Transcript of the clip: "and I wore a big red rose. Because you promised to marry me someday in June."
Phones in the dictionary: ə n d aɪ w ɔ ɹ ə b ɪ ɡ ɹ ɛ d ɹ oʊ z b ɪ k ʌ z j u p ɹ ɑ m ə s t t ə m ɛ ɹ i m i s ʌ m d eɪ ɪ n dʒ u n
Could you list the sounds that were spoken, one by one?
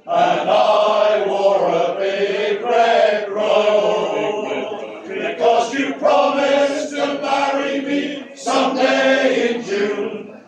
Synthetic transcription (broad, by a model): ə n aɪ w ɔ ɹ ə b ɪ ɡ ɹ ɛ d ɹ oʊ b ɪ k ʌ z j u p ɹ ɑ m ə s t t ə m ɛ ɹ i m i s ʌ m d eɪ ɪ n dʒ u